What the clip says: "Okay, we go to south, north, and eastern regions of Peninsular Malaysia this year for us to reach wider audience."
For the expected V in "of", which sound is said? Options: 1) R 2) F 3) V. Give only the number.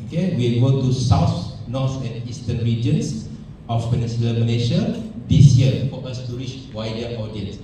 2